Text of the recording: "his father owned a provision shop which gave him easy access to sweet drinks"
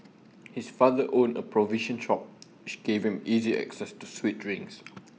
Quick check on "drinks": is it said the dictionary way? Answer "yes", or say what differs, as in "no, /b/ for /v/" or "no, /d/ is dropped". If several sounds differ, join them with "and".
no, /k/ is dropped